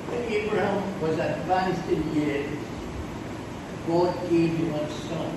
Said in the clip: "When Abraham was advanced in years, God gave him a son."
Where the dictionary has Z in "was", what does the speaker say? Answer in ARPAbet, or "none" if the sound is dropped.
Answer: Z